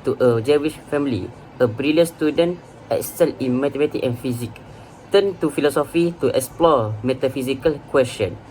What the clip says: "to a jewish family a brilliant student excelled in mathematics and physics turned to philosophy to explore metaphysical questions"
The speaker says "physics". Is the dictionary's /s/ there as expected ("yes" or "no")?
no